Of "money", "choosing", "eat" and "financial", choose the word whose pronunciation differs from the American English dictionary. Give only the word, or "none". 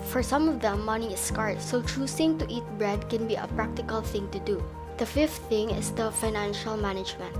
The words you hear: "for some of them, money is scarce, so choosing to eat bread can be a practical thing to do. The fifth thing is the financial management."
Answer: choosing